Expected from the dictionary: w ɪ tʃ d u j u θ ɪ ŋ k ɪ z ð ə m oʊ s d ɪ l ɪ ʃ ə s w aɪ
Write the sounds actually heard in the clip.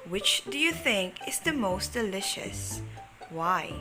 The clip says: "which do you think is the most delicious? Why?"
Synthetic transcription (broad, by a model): w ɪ tʃ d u j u θ ɪ ŋ k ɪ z ð ə m oʊ s d ɪ l ɪ ʃ ə s w aɪ